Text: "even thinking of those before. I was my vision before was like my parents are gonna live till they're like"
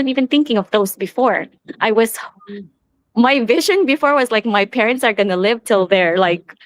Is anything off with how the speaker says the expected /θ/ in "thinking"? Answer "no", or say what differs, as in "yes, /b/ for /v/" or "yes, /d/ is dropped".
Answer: no